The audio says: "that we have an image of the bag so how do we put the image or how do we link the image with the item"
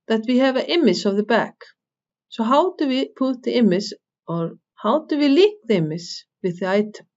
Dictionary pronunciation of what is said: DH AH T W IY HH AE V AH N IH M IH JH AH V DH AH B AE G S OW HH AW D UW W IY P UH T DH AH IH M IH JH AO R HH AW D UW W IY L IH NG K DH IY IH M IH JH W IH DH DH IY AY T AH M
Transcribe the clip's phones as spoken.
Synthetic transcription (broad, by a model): DH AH T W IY HH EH V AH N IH M IH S AH V DH AH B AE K S OW HH AW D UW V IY P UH T DH AH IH M IH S AO R HH AW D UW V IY L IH K DH IY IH M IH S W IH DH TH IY AY T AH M